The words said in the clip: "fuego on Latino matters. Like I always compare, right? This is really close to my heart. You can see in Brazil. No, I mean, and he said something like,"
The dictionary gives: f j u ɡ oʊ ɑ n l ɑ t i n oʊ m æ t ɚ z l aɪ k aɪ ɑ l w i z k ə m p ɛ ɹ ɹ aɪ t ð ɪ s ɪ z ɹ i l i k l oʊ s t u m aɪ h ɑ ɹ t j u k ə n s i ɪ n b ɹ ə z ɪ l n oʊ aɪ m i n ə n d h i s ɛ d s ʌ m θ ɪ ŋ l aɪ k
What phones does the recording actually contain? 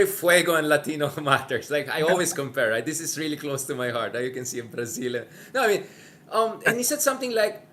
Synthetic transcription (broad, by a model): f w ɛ ɡ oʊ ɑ n l ɑ t i n oʊ m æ t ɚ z l aɪ k aɪ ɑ l w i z k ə m p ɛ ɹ ɹ aɪ t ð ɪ s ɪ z ɹ i l i k l oʊ s t u m aɪ h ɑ ɹ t j u k ə n s i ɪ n b ɹ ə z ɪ n n oʊ aɪ m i n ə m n h i s ɛ d s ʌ m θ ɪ ŋ l aɪ k